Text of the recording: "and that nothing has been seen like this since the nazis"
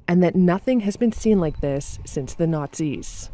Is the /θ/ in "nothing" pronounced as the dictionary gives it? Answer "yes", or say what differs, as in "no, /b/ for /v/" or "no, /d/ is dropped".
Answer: yes